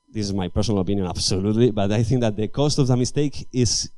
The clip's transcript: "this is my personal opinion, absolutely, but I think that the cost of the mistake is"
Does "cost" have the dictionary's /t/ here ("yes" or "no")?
yes